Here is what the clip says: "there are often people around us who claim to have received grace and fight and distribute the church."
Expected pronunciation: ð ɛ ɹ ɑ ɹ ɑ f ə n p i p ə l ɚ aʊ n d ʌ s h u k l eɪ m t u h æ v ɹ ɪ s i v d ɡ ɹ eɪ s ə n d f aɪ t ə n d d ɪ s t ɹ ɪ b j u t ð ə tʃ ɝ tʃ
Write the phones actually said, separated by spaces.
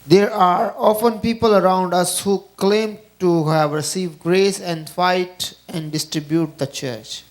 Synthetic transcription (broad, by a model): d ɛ ɹ ɑ ɹ ɑ f ə n p i p ə l ɚ aʊ n d ʌ s h u k l eɪ m t u h æ v ɹ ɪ s i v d ɡ ɹ eɪ s ə n d f aɪ t ə n d d ɪ s t ɹ ɪ b j u t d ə tʃ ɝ tʃ